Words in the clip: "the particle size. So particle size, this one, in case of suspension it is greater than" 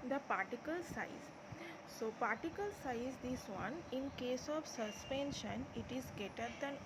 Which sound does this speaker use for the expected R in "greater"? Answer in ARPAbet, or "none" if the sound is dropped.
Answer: none